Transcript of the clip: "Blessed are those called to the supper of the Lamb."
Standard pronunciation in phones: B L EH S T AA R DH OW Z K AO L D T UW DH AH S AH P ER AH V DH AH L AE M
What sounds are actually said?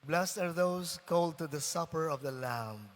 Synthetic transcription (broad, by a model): B L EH S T AA R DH OW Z K AO L D T UW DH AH S AH P ER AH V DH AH L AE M